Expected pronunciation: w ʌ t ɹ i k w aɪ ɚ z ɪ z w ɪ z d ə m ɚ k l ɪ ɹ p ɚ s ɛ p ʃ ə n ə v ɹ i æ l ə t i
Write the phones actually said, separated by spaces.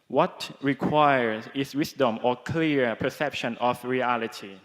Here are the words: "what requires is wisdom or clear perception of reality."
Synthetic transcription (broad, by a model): w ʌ t ɹ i k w aɪ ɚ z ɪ s w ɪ s d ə m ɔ k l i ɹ p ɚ s ɛ p ʃ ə n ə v ɹ i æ l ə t i